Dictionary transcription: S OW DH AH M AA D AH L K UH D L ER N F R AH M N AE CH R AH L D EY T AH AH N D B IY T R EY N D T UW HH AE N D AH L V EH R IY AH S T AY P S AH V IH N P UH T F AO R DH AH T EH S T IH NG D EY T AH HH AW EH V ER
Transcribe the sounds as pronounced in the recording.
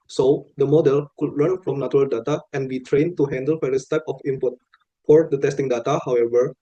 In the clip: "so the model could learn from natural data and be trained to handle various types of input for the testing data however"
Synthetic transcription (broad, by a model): S OW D AH M AA D AH L K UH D L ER N F R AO M N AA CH R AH L D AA T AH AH N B IY T R EY N T UW HH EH N D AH L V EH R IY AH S T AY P AH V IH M P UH T F AO R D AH T EH S T IH NG D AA T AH HH AW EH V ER